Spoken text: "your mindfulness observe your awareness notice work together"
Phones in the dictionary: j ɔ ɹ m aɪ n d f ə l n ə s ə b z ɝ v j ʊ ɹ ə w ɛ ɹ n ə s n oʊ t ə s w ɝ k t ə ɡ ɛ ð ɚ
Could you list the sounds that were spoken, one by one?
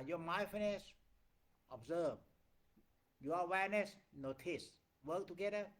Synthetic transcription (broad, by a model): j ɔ m aɪ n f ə n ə s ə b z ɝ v j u ə w ɛ ɹ n ə s n oʊ t ə s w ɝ k t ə ɡ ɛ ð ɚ